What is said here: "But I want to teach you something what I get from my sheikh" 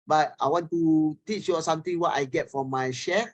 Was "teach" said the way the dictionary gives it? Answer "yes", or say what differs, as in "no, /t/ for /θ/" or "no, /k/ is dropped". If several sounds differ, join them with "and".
yes